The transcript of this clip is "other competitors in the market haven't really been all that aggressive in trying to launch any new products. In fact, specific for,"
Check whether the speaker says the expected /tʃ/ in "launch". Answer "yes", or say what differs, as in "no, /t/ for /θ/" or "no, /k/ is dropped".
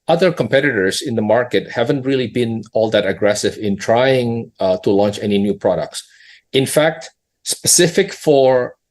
yes